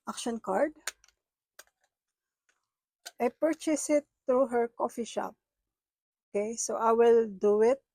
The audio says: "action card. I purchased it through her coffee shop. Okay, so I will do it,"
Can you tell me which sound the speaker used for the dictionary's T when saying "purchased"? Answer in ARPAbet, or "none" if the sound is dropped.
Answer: none